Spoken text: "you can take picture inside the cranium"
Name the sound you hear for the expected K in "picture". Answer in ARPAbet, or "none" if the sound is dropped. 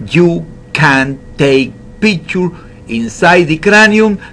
none